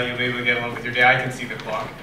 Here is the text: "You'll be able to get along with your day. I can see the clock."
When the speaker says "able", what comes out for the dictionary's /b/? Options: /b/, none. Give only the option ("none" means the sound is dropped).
none